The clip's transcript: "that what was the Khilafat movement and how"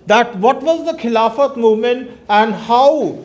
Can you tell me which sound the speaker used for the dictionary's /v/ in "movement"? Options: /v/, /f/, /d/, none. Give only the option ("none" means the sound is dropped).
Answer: none